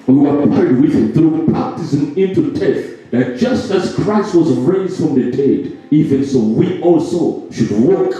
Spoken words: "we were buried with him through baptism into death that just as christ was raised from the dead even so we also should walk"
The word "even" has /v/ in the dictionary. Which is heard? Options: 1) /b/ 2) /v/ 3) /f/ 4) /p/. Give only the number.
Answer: 2